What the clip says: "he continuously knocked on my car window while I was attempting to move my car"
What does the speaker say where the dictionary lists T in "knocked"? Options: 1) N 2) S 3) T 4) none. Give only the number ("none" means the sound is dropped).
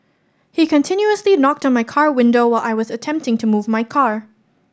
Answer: 3